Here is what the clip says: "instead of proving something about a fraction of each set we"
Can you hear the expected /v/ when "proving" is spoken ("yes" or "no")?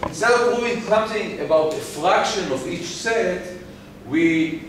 no